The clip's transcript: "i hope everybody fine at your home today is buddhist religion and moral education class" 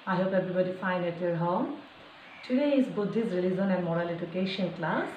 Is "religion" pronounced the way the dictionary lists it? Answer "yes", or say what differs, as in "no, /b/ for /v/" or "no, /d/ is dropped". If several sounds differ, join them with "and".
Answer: no, /z/ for /dʒ/